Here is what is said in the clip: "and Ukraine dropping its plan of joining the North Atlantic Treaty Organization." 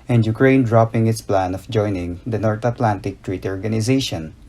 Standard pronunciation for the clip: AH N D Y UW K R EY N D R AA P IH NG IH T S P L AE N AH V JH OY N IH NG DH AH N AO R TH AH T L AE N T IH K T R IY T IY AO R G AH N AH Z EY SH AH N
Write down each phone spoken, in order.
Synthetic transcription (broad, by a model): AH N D Y UW K R EY N D R AA P IH NG IH T S P L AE N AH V JH OY N IH NG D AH N AO R T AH T L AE N T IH K T R IY T IY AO R G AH N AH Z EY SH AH N